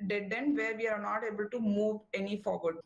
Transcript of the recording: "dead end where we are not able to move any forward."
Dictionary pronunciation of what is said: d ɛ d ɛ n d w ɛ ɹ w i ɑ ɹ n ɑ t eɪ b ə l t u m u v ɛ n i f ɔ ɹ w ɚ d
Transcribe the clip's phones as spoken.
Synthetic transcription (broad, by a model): d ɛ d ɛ n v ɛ ɹ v i ɑ ɹ n ɑ t eɪ b ə l t u m u v ɛ n i f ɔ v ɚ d